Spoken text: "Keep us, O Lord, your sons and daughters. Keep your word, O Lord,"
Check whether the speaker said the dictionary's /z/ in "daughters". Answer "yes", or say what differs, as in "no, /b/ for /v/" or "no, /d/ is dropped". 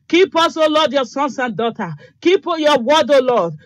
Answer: no, /z/ is dropped